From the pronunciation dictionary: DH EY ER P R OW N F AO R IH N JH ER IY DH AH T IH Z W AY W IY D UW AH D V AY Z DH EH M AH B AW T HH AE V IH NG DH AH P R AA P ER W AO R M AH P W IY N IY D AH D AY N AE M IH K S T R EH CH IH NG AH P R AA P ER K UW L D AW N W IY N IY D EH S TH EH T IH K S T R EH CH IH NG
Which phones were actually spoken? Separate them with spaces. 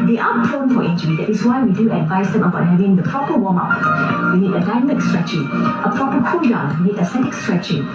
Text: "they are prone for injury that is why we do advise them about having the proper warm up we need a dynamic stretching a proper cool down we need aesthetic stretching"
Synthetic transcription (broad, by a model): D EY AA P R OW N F AO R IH N JH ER IY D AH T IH S W AY W IY D UW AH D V AY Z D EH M AH B AW T HH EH V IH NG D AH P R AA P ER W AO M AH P W IY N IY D AH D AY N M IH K S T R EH CH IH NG AH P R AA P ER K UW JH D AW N W IY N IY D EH S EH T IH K S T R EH CH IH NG